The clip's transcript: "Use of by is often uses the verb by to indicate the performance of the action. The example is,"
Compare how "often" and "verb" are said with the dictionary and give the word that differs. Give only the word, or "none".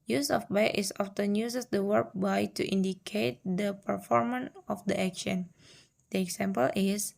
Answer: verb